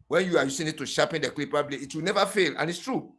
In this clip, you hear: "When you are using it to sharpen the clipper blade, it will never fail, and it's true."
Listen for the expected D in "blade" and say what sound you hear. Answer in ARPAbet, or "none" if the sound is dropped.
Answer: none